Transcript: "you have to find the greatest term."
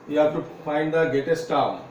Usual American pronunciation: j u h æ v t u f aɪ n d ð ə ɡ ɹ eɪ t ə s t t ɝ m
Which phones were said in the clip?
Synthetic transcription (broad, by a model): j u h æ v t u f aɪ n d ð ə ɡ eɪ t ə s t t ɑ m